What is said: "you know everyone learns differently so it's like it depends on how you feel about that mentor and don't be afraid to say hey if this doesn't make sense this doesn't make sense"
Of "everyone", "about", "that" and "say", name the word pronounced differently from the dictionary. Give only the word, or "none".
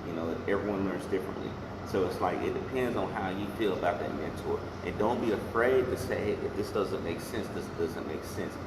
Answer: none